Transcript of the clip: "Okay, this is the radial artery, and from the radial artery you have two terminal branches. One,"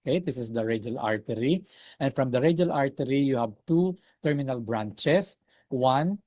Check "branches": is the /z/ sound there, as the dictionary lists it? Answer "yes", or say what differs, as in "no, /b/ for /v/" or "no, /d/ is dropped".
no, /s/ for /z/